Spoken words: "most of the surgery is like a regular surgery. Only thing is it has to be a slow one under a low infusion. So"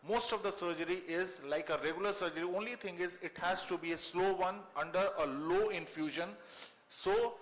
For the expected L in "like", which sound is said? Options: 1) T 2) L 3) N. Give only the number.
2